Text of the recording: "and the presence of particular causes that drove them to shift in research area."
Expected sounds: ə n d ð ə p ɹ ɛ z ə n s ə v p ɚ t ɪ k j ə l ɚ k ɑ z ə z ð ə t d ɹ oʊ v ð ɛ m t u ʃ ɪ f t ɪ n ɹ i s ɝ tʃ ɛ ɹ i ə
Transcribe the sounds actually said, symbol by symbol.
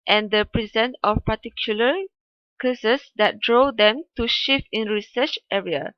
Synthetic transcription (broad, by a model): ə n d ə p ɹ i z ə n ə f p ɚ t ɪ k j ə l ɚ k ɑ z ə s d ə t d ɹ oʊ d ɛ m t u ʃ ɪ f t ɪ n ɹ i s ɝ tʃ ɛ ɹ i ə